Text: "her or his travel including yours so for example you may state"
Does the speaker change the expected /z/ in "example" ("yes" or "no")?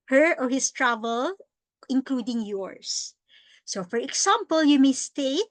yes